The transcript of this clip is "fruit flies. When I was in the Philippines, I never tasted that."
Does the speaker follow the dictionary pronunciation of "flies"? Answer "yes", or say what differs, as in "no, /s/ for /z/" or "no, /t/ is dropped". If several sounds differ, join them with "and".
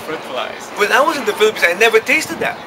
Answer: no, /p/ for /f/